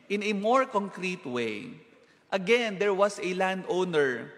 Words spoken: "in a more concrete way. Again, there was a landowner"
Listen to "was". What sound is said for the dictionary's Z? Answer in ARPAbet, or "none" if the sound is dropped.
S